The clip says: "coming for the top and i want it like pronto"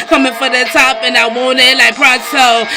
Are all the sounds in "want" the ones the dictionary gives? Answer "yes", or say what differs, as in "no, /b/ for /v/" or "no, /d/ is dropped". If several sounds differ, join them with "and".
no, /t/ is dropped